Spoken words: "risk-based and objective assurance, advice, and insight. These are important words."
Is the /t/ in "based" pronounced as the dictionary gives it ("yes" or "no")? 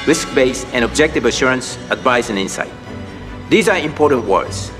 no